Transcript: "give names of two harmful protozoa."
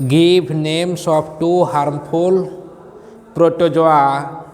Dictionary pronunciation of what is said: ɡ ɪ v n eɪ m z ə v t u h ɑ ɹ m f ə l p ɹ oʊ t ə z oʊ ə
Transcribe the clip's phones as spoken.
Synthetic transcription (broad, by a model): ɡ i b n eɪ m s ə p t u h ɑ ɹ m p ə l p ɹ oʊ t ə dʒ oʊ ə